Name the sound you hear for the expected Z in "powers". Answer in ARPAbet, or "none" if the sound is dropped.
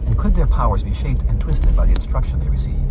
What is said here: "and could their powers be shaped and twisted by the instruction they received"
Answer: Z